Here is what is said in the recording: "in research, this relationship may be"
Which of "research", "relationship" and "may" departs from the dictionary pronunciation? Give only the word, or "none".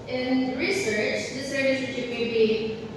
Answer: relationship